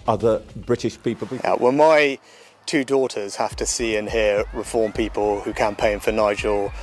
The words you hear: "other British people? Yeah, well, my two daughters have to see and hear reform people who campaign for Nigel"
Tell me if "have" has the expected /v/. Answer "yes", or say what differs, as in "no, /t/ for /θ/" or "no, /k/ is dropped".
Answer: no, /f/ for /v/